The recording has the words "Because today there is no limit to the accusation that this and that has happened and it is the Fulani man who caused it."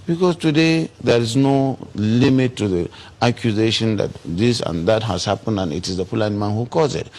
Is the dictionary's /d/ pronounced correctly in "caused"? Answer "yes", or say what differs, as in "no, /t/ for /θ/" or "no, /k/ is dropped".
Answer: no, /d/ is dropped